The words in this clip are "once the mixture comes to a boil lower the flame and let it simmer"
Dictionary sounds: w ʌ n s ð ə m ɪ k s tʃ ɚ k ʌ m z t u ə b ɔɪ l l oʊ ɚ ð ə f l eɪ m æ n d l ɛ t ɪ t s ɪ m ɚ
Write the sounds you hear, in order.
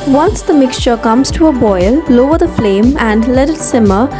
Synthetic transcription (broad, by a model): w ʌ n s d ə m ɪ k s tʃ ɚ k ʌ m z t u ə b ɔɪ l l oʊ ɚ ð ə f l eɪ m æ n d l ɛ t ɪ t s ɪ m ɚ